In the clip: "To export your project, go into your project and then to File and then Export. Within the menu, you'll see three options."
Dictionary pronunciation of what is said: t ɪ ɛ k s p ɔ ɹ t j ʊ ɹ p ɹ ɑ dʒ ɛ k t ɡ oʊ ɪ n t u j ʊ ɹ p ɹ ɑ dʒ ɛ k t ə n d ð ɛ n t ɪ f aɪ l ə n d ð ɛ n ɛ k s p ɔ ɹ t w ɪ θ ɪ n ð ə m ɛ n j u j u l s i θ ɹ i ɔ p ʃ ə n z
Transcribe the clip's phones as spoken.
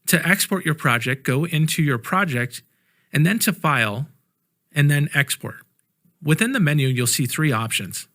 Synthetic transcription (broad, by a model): t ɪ ɛ k s p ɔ ɹ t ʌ ɹ p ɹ ɑ dʒ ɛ k ɡ oʊ ɪ n t u j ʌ ɹ p ɹ ɑ dʒ ɛ k t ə n ð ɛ n t ɪ f aɪ l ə n ð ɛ n ɛ k s p ɔ ɹ t w ɪ θ ɪ n ð ə m ɛ n j u j u l s i θ ɹ i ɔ p ʃ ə n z